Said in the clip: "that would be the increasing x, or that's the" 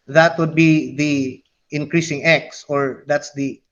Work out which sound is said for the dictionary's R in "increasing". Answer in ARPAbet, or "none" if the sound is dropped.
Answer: R